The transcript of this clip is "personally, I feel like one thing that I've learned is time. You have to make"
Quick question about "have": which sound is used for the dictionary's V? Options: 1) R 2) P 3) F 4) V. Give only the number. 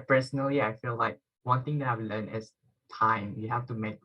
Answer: 3